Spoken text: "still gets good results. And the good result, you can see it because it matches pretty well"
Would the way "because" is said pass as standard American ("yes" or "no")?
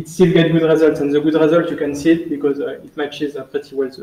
yes